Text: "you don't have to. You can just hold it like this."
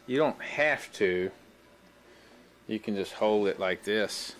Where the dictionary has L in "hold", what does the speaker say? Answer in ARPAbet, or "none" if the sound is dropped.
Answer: L